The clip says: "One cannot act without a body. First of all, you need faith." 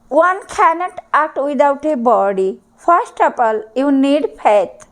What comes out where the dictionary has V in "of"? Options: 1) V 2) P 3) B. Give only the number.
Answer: 2